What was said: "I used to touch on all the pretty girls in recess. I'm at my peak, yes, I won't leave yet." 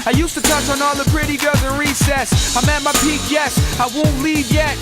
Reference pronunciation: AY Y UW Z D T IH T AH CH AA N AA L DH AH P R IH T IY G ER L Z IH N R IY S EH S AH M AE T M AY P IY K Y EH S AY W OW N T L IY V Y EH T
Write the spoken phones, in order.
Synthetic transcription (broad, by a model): AY Y UW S T IH T AH CH N AA L DH AH P R IH T IY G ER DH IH R IY S EH S AH M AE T M AY P IY K Y EH S AY W OW N T L IY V Y EH T